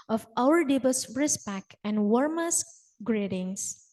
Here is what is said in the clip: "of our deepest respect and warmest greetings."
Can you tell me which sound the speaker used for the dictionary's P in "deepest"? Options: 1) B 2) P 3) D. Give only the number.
1